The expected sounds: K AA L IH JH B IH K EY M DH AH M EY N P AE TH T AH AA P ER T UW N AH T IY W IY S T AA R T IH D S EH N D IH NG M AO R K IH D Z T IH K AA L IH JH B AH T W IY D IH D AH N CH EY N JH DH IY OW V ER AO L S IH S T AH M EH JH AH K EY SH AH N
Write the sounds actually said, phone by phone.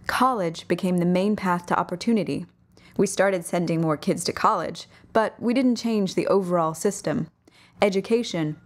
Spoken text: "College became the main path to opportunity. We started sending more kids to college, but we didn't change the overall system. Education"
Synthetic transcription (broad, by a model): K AA L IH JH B IH K EY M DH AH M EY N P AE TH T AH AA P ER T UW N AH T IY W IY S T AA R T IH D S EH N D IH NG M AO R K IH D Z T IH K AA L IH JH B AH T W IY D IH D N CH EY N JH DH IY OW V ER AO L S IH S T AH M EH JH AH K EY SH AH N